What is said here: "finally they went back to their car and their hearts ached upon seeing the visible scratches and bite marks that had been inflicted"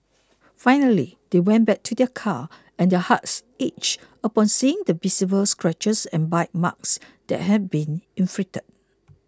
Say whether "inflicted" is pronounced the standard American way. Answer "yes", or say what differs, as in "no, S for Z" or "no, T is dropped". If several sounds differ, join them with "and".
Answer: no, K is dropped